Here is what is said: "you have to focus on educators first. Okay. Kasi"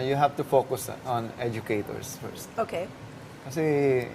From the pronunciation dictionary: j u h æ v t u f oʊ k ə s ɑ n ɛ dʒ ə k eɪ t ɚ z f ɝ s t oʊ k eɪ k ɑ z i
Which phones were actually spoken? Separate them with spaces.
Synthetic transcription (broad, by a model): j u h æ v t u f oʊ k ə s ɑ n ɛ dʒ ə k eɪ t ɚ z f ɝ s t oʊ k eɪ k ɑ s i